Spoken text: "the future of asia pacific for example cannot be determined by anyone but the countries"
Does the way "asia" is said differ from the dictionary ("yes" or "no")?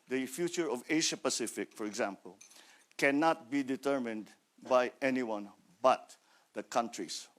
yes